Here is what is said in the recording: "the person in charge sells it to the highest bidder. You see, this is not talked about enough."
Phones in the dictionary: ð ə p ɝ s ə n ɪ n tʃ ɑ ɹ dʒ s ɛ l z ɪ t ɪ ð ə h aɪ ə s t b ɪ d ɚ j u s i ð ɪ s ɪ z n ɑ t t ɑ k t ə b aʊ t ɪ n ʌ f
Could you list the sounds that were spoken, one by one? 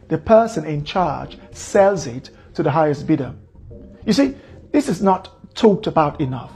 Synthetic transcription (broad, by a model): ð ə p ɝ s ə n ɪ n tʃ ɑ ɹ dʒ s ɛ l z ɪ t ɪ ð ə h aɪ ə s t b ɪ d ɚ j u s i ð ɪ s ɪ z n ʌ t t ɑ k t ə b aʊ t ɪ n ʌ f